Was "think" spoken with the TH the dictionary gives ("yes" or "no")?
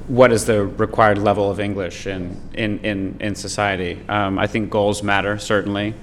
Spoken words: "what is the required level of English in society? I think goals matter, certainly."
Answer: yes